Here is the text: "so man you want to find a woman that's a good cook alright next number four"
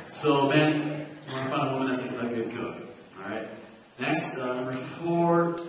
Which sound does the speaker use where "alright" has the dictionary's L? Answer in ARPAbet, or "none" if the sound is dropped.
none